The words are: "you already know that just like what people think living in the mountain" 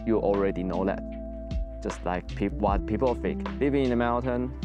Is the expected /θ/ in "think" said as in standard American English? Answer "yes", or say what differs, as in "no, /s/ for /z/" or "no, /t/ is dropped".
no, /f/ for /θ/